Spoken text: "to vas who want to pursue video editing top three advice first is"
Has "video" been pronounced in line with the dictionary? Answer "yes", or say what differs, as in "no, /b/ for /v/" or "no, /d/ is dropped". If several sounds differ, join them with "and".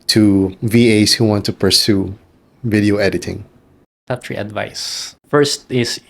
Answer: yes